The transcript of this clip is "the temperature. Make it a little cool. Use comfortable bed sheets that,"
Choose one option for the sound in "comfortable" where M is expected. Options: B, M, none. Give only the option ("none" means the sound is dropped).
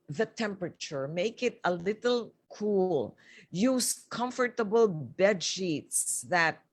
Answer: M